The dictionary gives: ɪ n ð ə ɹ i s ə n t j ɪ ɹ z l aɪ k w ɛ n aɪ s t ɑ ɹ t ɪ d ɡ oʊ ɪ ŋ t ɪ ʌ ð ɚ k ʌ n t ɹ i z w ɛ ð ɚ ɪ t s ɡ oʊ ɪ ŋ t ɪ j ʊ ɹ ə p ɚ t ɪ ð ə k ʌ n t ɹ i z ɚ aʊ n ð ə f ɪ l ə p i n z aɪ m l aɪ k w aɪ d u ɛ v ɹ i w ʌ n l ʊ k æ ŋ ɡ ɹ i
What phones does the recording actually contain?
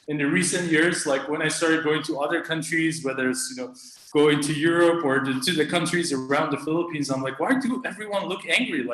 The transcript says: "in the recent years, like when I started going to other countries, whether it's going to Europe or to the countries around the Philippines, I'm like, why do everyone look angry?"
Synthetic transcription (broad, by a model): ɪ n ð ə ɹ i s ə n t j ɪ ɹ z l aɪ k w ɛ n aɪ s t ɑ ɹ t ɪ d ɡ oʊ ɪ ŋ t ɪ ʌ ð ɚ k ʌ n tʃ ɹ i z w ɛ ð ɚ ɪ t s ɡ oʊ ɪ ŋ t ɪ j ʊ ɹ ə p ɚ t ɪ ð ə k ʌ n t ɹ i z ɚ aʊ n ð ə f ɪ l ə p i n z aɪ m l aɪ k w aɪ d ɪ ɛ v ɹ i w ʌ n l ʊ k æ ŋ ɡ ɹ i